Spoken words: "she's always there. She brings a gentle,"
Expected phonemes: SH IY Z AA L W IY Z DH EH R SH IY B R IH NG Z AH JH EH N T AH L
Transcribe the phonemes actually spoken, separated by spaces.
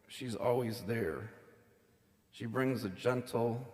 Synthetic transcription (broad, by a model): SH IY Z AA L W IY Z DH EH R SH IY B R IH NG Z AH JH EH N T L